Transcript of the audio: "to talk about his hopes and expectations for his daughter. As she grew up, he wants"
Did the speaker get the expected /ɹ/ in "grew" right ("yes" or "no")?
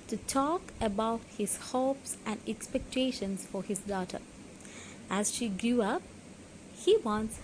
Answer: no